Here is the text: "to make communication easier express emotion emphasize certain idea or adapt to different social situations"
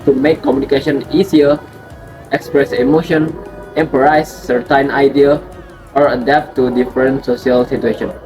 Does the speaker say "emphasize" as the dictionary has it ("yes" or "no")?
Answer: no